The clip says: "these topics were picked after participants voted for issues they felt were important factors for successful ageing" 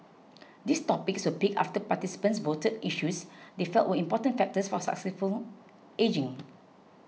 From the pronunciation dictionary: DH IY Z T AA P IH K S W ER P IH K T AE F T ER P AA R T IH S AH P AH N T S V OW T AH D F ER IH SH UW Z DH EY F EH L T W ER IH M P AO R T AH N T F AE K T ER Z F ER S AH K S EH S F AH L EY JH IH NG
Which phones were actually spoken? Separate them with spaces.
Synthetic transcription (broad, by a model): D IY S T AA P IH K S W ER P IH K AA F T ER P AA T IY S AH P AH N S V OW T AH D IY SH UW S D EY F EH L T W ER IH M P AO T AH N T F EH K T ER S F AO S AH K S EH S F AH L EY JH IH NG